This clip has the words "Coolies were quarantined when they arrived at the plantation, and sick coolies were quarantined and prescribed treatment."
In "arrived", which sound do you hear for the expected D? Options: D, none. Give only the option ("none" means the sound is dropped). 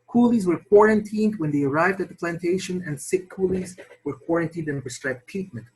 D